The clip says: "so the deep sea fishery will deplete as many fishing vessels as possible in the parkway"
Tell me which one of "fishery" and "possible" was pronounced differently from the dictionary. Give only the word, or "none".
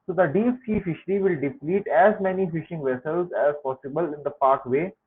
none